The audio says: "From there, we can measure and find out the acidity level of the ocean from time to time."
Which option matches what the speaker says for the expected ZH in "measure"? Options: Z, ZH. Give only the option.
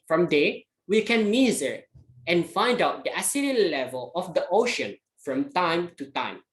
Z